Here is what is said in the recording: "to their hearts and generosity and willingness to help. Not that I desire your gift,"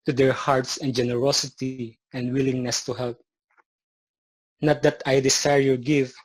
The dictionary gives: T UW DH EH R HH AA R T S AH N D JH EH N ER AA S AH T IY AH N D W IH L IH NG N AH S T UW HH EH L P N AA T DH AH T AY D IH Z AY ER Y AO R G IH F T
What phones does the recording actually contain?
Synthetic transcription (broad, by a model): T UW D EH R HH AA R T S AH N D JH EH N ER AA S AH T IY AH N D W IH L IH NG N AH S T UW HH EH L P N AA T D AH T AY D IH S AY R Y AO R G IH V